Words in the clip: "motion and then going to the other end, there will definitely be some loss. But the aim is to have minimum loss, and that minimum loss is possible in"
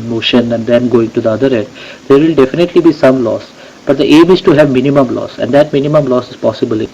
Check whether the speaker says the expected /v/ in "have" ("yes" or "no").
yes